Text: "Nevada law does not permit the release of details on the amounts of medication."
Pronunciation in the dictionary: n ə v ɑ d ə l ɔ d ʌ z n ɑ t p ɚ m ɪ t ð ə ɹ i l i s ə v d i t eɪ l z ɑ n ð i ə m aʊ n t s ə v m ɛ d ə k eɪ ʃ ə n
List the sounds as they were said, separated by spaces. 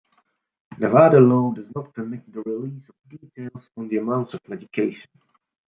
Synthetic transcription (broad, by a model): n ə v ɑ d ə l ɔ d ʌ z n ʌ t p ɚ m ɪ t ð ə ɹ i l i s ə v d i t eɪ l z n ð i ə m aʊ n t ə v m ɛ d ə k eɪ ʃ ə n